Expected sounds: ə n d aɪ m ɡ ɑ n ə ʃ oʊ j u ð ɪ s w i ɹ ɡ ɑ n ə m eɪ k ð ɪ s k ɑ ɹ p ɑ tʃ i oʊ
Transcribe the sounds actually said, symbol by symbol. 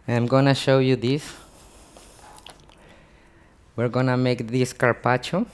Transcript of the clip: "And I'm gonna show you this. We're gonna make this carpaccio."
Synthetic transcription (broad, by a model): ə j m ɡ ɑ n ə ʃ oʊ j u ð ɪ s w i ɹ ɡ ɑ n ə m eɪ k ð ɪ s k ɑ ɹ p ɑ tʃ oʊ